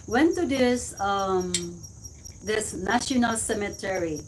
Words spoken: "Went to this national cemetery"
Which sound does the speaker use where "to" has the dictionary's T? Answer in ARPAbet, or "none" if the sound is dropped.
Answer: S